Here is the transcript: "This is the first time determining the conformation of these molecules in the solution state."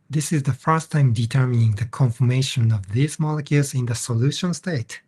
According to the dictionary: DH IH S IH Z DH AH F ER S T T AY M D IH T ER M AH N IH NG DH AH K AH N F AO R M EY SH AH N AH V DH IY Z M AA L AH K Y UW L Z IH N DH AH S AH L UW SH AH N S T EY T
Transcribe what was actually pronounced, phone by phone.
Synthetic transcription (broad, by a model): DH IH S IH Z DH AH F ER S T T AY M D IH T ER M AH N IH NG DH AH K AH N F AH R M EY SH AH N AH V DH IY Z M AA L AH K Y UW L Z IH N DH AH S AH L UW SH AH N S T EY T